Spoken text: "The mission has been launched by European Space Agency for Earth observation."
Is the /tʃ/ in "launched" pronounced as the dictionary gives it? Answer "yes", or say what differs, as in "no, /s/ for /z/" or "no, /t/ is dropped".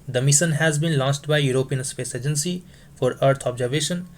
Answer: no, /s/ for /tʃ/